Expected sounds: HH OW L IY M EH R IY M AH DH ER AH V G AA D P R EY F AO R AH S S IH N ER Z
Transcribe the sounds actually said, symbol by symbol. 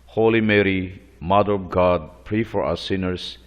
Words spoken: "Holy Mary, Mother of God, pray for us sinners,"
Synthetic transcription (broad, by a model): HH OW L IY M EH R IY M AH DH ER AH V G AA D P R EY F AO R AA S S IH N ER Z